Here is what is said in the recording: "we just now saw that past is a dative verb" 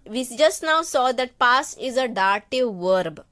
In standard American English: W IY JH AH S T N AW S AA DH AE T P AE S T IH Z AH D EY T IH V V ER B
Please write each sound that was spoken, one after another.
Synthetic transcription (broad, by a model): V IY JH AH S T N AW S AA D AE T P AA S IH Z AH D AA T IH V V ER B